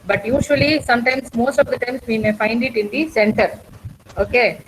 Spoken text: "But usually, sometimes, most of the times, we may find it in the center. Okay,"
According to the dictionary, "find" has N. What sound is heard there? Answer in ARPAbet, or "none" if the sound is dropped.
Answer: N